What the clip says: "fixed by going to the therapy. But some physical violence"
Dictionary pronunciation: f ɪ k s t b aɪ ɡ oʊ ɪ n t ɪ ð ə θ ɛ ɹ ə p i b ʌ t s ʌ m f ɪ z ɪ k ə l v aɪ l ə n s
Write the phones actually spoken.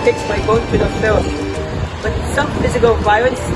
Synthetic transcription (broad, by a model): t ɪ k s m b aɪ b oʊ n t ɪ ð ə s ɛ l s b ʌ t s ʌ m f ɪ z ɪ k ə l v aɪ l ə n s